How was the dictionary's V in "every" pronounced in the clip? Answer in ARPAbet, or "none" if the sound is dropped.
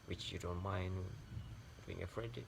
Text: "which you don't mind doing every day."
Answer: F